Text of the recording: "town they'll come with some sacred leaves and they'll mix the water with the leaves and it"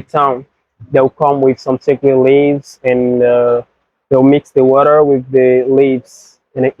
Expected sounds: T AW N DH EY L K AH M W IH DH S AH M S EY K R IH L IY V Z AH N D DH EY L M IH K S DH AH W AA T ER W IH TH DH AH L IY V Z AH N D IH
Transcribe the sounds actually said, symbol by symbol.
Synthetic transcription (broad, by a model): T AW N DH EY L K AH M W IH DH S AH M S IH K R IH L IY V Z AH N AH DH EY L M IH K S DH AH W AA T ER W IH DH AH L IY V Z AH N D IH